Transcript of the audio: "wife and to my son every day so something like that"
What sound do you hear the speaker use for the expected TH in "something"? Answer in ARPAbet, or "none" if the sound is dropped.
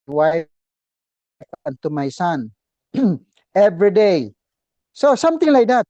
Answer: T